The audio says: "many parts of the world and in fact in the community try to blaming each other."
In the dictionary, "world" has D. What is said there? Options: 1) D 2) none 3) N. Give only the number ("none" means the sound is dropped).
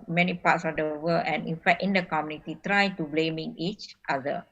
2